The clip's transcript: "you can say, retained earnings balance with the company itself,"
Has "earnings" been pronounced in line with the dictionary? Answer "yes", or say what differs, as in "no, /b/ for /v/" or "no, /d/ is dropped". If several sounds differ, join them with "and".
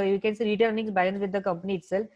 no, /s/ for /z/